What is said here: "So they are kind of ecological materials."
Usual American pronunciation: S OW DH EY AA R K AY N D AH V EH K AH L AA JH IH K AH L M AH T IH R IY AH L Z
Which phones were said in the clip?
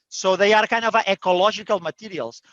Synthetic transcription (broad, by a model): S OW DH EY AA R K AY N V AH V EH K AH L AA ZH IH K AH L M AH T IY R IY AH L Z